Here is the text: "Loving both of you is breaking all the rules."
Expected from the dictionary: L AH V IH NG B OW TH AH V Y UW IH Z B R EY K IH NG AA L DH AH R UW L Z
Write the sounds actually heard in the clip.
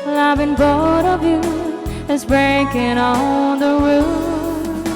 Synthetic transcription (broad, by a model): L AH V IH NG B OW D AH V Y UW IH Z B R EY K IH NG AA DH AH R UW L